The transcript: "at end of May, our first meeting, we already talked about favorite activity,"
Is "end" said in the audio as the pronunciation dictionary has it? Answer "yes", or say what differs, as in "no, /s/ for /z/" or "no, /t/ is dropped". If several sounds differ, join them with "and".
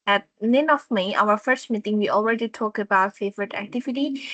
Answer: no, /d/ is dropped